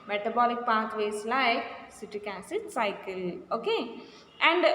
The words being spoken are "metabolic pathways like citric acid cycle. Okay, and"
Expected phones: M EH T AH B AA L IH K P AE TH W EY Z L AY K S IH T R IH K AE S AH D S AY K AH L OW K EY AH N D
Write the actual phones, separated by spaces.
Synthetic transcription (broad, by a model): M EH T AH B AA L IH K P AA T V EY S L AY K S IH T IH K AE S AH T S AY K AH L OW K EY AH N D